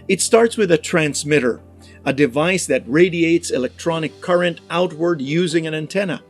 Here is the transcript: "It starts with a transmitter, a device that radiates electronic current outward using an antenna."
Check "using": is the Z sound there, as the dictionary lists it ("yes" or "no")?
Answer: yes